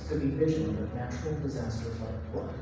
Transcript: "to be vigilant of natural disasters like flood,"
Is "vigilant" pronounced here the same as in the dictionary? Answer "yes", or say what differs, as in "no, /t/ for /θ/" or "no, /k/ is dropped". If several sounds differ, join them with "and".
no, /ʒ/ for /dʒ/ and /n/ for /l/